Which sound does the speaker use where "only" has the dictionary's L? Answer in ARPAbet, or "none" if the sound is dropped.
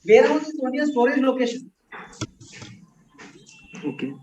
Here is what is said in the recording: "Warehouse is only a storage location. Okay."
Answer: none